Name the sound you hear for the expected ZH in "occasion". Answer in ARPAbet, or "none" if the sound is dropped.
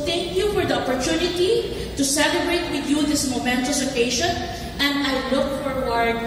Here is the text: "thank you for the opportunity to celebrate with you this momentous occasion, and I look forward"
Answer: SH